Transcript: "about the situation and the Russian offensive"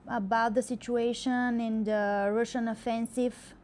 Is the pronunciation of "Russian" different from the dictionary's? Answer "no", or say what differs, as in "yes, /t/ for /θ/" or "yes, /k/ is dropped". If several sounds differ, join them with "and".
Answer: no